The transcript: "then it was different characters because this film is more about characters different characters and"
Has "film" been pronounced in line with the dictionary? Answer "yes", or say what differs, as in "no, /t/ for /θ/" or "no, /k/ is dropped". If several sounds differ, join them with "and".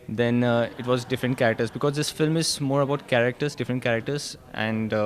yes